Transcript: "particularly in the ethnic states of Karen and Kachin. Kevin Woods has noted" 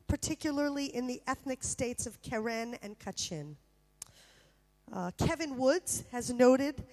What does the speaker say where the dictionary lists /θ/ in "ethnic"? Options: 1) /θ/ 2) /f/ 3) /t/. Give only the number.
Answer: 1